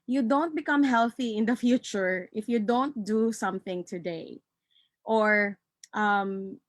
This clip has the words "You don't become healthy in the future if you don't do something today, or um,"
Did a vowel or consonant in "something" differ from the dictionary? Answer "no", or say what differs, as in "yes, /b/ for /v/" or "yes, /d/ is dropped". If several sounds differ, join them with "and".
no